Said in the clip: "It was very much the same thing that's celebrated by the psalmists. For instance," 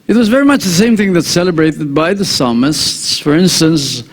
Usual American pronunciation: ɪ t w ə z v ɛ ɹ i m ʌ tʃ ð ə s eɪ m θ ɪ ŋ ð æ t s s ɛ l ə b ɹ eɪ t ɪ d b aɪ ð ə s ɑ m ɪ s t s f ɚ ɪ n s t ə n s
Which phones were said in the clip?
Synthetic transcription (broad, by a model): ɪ t w ə z v ɛ ɹ i m ʌ tʃ ð ə s eɪ m θ ɪ ŋ ð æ t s s ɛ l ə b ɹ eɪ t ɪ d b aɪ ð ə s ɑ m ɪ s t s f ɚ ɪ n s t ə n s